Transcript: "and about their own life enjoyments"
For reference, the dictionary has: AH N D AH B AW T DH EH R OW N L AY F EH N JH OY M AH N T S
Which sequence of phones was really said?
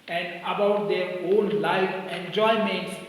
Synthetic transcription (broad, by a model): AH N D AH B AW T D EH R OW L L AY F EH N JH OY M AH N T S